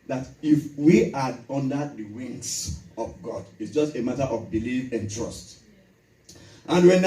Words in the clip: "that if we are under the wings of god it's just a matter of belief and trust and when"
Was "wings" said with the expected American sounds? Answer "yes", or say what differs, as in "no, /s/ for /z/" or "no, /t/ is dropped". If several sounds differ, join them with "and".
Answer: no, /s/ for /z/